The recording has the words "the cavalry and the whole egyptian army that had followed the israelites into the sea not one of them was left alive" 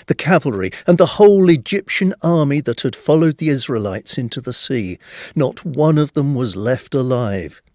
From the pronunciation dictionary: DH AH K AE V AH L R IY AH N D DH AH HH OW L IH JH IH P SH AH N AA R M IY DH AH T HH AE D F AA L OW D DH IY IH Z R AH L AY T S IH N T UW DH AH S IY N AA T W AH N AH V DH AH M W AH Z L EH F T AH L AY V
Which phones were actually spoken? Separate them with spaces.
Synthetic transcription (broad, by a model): DH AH K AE V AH L R IY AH N DH AH HH OW L IH JH IH P SH AH N AA R M IY DH AH T HH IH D F AA L OW D DH IY IH Z R AH L AY T S IH N T UW DH AH S IY N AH T W AH N AH V DH AH M W AH Z L EH F T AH L AY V